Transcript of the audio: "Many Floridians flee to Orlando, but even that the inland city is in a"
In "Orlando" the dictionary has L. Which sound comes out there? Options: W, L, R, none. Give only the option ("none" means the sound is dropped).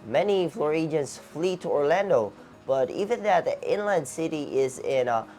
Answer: L